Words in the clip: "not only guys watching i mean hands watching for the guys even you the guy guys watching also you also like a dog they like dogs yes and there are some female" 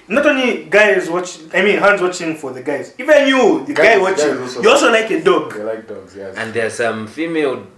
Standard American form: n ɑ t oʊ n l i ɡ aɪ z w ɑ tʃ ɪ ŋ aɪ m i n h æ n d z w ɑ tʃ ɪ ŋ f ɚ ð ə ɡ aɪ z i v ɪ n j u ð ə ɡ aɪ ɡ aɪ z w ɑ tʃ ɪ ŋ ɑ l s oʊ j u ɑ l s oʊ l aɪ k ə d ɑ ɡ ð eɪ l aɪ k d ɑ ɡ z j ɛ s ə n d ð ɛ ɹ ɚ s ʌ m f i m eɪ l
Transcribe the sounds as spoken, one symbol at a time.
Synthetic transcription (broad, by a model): n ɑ t oʊ n l i ɡ aɪ z w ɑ tʃ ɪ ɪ m i n h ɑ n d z w ɑ tʃ ɪ ŋ f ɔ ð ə ɡ aɪ z i v ɪ n j u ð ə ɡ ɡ aɪ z w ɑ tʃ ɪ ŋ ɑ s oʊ j u ɑ l s oʊ l aɪ k ə d ɑ ɡ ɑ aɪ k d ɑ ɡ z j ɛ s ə n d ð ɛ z s ʌ m f i m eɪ l